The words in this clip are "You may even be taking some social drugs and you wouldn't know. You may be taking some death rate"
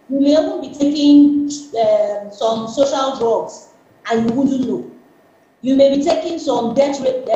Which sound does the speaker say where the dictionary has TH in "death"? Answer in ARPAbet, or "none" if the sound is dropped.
T